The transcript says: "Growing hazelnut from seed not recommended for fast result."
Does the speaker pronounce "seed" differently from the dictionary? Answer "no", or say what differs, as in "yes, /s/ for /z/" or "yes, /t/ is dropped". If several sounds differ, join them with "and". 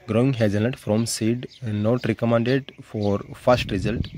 no